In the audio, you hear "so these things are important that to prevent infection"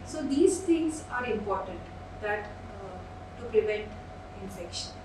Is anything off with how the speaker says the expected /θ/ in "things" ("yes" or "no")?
yes